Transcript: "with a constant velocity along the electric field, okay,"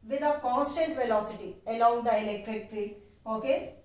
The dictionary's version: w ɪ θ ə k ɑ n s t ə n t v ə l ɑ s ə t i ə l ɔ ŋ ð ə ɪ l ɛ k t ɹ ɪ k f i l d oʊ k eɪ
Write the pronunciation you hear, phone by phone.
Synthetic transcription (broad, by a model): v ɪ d ə k ɑ n s t ə n t v ə l ɑ s ə t i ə l ɔ ŋ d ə ɪ l ɛ k t ɹ ɪ k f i d oʊ k eɪ